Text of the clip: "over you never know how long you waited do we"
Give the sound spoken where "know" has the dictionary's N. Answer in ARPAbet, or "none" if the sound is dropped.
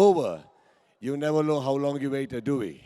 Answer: L